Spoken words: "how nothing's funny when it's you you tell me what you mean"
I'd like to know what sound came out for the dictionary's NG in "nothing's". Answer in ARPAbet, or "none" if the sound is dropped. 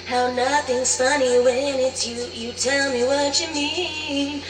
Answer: NG